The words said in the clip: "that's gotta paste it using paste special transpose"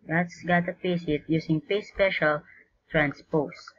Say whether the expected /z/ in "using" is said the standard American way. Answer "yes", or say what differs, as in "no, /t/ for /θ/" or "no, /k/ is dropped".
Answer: no, /s/ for /z/